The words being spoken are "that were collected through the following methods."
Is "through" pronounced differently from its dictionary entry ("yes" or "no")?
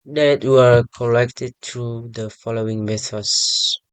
yes